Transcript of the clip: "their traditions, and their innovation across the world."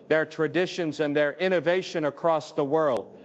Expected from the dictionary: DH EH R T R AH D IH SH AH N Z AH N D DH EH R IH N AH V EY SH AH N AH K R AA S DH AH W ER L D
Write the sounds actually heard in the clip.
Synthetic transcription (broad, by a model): DH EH R T R AH D IH SH AH N Z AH N DH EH R IH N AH V EY SH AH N AH K R AA S DH AH W ER L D